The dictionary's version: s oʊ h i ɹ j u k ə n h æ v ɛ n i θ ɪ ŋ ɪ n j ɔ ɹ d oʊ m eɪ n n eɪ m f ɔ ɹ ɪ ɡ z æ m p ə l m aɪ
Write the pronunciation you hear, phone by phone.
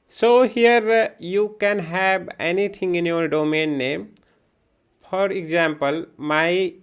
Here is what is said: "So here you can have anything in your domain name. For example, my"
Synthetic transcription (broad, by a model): s oʊ h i ɹ j u k ə n h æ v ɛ n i t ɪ ŋ ɪ n j ɔ ɹ d oʊ m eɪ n n eɪ m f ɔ ɹ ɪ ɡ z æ m p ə l m aɪ